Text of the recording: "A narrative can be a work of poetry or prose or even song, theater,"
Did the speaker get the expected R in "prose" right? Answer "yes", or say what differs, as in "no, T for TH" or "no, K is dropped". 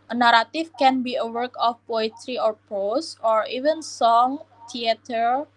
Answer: no, R is dropped